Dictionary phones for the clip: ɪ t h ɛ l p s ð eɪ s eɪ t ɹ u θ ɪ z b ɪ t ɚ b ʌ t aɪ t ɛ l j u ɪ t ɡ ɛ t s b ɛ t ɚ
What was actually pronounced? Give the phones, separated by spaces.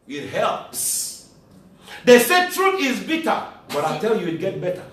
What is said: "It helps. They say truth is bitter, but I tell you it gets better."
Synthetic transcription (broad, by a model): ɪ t h ɛ l p s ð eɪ s eɪ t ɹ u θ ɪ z b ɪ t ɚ b ʌ t aɪ t ɛ l j u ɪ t ɡ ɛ t b ɛ t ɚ